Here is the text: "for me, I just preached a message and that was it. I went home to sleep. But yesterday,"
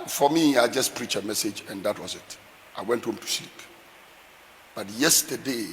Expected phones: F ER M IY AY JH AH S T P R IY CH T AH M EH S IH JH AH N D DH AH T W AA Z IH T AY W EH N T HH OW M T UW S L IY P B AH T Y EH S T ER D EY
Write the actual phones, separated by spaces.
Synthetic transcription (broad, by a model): F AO M IY AY JH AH S P R IY CH AH M EH S IH JH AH N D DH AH T W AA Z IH T AY W EH N T HH OW M T UW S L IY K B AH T Y EH S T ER D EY